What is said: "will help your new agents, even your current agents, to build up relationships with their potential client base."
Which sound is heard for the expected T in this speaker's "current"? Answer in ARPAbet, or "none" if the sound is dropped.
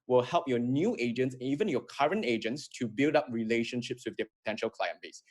T